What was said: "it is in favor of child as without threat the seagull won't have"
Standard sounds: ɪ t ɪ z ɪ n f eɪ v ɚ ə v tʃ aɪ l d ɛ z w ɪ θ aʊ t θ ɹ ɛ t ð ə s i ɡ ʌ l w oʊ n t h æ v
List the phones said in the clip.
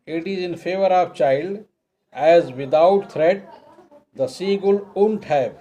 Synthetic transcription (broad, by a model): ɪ t ɪ z ɪ n f eɪ v ɚ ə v tʃ aɪ l d ɛ z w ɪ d aʊ t t ɹ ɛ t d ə s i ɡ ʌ l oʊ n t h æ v